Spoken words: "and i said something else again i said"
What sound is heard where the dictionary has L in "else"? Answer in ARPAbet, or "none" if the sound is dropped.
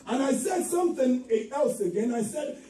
L